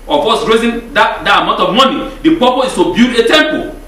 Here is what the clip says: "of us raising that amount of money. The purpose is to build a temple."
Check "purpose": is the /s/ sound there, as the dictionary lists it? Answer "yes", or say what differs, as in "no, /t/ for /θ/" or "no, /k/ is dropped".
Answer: no, /s/ is dropped